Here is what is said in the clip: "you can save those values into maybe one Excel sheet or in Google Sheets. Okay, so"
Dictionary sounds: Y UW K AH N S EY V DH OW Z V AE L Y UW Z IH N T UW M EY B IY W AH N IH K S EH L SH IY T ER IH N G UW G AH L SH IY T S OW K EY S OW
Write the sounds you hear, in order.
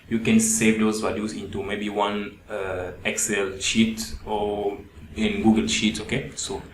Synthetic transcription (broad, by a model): Y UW K AH N S EY V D OW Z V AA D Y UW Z IH N T UW M EY B IY W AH N IH K S EH L SH IY T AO IH N G UW G AH L SH IY T S OW K EY S OW